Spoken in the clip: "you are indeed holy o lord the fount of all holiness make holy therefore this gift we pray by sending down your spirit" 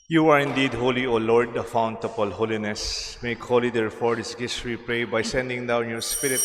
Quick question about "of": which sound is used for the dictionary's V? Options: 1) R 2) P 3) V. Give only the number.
2